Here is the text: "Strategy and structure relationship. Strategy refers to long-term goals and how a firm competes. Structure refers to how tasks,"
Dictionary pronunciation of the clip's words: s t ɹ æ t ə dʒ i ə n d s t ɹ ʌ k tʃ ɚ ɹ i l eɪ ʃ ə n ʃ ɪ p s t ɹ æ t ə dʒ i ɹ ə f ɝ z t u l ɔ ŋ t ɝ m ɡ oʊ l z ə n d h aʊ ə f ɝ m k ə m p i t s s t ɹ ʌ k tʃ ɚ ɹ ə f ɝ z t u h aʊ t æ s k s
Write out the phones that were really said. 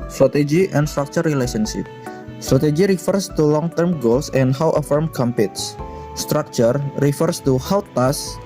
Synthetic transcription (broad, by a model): s t ɹ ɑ t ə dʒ i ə n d s t ɹ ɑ k tʃ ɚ ɹ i l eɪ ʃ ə n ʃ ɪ p s t ɹ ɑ t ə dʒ i ɹ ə f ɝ s t u l ɔ ŋ t ɝ m ɡ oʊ l s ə n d h aʊ ə f ɝ m k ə m p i t s s t ɹ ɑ k tʃ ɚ ɹ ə f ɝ s t u h aʊ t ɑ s s